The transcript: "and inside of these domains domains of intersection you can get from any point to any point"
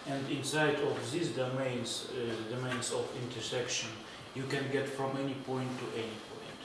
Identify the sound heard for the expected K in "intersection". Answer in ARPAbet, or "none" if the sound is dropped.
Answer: K